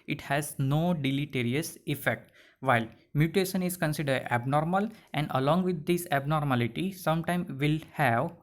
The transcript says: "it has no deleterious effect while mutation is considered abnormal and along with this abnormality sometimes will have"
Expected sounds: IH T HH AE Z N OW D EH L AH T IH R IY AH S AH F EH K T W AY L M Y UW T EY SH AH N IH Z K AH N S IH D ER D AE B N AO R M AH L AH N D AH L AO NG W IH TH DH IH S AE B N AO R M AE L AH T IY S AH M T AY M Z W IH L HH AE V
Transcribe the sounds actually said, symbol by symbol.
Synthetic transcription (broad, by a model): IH T HH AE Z N OW D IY L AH T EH R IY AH S AH F EH K T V AY L M Y UW T EY SH AH N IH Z K AH N S IH D ER D AE B N AO R M AH L AH N D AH L AO NG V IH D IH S AE B N AO R M AE L AH T IY S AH M T AY M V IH L HH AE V